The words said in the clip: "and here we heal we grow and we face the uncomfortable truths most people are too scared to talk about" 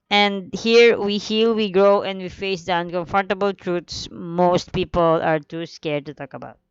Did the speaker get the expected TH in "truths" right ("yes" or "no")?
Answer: no